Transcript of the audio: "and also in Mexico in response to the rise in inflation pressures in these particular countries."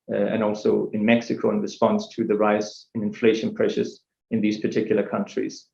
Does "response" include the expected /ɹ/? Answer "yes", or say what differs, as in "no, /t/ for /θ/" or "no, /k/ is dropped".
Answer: yes